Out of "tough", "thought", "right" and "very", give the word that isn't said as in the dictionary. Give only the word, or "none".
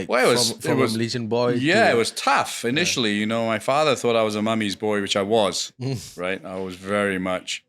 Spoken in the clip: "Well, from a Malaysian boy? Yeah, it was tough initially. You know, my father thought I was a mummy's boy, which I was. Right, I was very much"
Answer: none